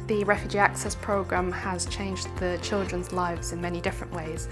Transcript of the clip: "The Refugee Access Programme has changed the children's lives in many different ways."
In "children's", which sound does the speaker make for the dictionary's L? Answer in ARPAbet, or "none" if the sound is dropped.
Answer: L